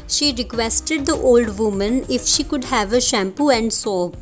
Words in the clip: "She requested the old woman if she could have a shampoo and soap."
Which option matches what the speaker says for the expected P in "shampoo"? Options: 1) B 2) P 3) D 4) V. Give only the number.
2